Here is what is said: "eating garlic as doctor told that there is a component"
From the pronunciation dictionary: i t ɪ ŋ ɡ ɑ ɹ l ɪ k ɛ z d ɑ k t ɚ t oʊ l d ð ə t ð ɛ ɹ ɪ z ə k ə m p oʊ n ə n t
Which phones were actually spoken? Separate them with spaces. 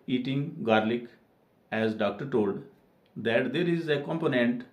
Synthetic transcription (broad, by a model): i t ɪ ŋ ɡ ɑ ɹ l ɪ k ɛ z d ɑ k t ɚ t oʊ l d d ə t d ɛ ɹ ɪ z ə k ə m p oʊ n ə n t